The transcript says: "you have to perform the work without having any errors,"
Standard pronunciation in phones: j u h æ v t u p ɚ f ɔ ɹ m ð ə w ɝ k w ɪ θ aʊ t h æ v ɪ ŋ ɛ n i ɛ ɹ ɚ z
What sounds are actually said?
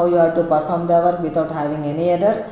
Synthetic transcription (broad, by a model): j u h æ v t u p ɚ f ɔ ɹ m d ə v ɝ k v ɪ t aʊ t h æ v ɪ ŋ ɛ n i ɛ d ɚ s